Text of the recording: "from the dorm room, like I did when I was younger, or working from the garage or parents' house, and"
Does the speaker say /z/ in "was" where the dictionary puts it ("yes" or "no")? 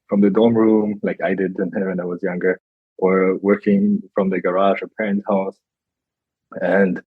yes